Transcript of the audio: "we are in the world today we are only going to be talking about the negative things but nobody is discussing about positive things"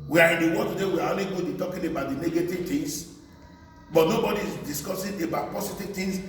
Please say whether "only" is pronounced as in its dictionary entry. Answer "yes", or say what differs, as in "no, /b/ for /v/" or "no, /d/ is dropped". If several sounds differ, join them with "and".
yes